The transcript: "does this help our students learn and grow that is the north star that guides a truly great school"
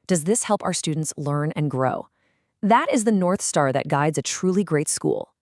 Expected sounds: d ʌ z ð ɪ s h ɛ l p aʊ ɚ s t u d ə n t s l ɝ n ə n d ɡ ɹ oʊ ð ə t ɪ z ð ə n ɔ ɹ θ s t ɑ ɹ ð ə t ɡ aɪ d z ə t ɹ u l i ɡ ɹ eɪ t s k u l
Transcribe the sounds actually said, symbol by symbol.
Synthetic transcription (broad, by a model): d ʌ z ð ɪ s h ɛ l p aʊ ɚ s t u d n t s l ɝ n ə n ɡ ɹ oʊ ð ə t ɪ z ð ə n ɔ ɹ θ s t ɑ ɹ ð ə t ɡ aɪ d z ə t ɹ u l i ɡ ɹ eɪ t s k u l